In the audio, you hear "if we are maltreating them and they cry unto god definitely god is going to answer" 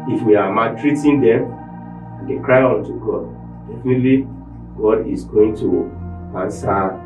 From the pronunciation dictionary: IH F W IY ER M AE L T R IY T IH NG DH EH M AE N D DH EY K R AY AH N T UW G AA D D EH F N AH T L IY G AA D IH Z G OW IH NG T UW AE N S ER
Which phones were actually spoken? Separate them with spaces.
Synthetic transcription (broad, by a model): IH F W IY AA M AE T R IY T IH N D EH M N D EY K R AY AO N T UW G AA D D EH F N AH T L IY G AA D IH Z G OW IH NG T UW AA N S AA